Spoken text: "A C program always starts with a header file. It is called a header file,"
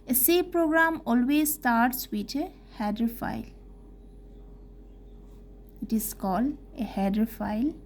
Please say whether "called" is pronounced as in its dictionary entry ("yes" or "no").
no